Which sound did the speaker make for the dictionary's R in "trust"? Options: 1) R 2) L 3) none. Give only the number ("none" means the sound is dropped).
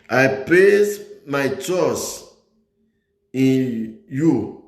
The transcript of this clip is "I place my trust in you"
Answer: 3